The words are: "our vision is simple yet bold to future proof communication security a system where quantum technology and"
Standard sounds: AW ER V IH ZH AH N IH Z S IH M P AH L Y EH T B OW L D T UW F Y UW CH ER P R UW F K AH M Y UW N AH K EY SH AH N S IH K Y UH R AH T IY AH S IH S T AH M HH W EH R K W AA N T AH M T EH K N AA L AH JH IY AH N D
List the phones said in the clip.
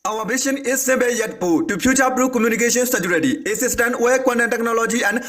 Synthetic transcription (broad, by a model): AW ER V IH SH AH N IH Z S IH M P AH Y EH T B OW T UW P Y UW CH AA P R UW K AH M Y UW N AH K EY SH AH N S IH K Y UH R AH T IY AH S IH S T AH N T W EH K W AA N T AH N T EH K N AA L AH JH IY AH N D